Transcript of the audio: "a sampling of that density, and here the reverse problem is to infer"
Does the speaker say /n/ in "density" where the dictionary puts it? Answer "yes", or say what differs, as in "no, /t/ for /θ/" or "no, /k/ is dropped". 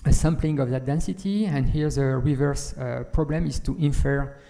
yes